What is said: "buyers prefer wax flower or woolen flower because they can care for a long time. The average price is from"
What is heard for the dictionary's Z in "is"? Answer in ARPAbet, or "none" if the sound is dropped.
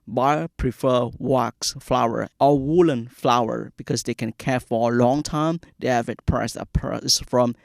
S